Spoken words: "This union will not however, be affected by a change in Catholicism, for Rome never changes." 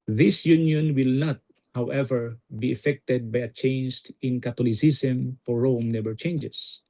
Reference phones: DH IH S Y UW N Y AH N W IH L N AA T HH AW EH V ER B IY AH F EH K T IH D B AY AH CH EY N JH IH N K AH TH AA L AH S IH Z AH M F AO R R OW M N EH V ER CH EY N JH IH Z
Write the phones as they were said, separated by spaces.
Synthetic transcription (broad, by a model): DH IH S Y UW N Y AH N W IH L N AA T HH AW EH V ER B IY AH F EH K T IH D B AY AH CH EY N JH IH N K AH T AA L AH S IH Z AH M F AO R R OW M N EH B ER CH EY N JH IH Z